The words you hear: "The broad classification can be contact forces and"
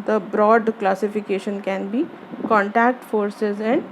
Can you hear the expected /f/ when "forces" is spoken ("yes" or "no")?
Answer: yes